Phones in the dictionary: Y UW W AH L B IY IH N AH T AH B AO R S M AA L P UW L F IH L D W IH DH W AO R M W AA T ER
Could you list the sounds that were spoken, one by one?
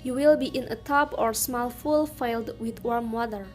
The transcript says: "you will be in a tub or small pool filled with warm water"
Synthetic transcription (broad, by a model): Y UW W AH L B IY IH N AH T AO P AO R S M AA L F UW L F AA L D W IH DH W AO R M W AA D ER